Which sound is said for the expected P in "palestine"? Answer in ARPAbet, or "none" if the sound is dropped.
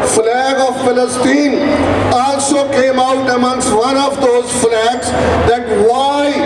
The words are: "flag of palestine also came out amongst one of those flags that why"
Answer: F